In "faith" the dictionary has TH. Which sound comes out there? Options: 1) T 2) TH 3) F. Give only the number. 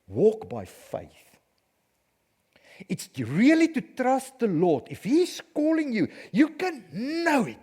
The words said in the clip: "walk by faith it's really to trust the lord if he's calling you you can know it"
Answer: 2